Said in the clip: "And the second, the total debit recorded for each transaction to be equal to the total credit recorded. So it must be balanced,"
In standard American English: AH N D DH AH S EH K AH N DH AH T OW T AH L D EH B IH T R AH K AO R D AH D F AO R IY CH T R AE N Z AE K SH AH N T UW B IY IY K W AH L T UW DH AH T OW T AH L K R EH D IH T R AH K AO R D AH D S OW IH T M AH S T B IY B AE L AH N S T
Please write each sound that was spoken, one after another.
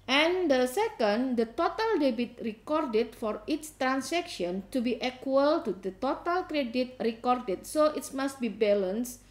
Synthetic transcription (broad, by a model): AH N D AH S EH K AH N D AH T OW T AH L D EH B IH T R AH K AO R D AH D F AO R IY S T R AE N S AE K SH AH N T UW B IY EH K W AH L T UW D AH T OW T AH L K R EH D IH T R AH K AO R D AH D S OW IH T M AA S T B IY B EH L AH N S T